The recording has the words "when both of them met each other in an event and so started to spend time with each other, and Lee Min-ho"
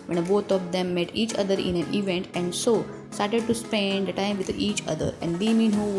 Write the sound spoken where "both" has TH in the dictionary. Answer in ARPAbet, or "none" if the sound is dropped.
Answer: T